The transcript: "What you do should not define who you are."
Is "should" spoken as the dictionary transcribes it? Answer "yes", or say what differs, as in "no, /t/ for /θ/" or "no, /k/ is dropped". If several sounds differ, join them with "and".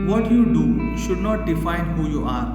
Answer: yes